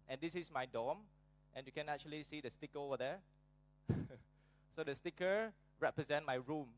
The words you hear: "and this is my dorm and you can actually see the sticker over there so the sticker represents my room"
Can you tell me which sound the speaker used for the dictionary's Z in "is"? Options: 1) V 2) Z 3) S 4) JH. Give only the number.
3